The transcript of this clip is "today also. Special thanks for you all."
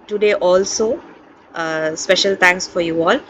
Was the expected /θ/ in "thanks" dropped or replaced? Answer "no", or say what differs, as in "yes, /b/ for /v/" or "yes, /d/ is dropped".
yes, /t/ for /θ/